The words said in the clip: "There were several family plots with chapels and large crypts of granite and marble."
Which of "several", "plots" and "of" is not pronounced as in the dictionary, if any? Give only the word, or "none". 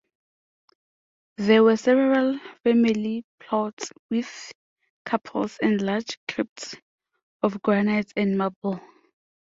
of